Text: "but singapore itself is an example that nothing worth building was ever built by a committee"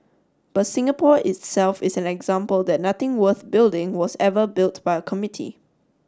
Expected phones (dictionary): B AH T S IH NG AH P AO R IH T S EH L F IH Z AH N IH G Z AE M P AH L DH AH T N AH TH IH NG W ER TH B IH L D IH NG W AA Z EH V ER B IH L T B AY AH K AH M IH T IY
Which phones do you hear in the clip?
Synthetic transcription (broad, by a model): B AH T S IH NG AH P AO IH T S EH L F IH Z AH N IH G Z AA M P AH L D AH T N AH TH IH NG W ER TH B IH L D IH NG W AA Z EH V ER B IH L T B AY AH K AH M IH T IY